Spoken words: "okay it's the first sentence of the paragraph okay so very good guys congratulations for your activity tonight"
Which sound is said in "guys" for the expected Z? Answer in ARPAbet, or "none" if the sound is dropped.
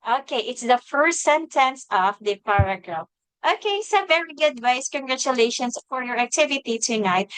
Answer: S